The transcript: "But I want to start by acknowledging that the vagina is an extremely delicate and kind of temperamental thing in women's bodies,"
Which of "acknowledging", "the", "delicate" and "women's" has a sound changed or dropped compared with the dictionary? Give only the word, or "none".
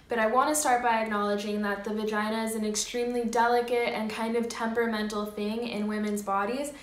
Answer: none